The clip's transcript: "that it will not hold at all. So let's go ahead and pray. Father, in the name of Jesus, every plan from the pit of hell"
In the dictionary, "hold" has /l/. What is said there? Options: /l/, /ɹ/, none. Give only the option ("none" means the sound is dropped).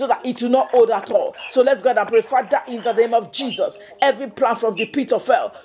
none